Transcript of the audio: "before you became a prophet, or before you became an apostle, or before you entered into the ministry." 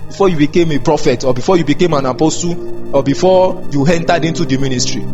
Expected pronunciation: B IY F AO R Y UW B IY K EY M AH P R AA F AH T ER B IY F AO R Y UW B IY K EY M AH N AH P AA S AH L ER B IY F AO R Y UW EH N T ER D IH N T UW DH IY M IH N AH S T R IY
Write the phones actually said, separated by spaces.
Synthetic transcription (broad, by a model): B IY F AO Y UW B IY K EY M AH P R AA F AH T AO B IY F AO Y UW B IY K EY M AH N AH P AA S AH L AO B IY F AO Y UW EH N T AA D IH N T UW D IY M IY N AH S T R IY